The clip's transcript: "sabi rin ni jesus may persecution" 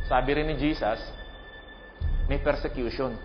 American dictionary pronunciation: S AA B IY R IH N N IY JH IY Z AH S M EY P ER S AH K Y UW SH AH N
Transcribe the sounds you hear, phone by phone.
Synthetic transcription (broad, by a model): S AA B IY R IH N N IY JH IY S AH S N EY P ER S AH K Y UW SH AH N